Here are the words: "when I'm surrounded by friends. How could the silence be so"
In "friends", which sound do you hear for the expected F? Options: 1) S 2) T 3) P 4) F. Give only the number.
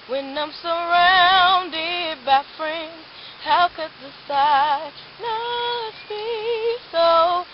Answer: 4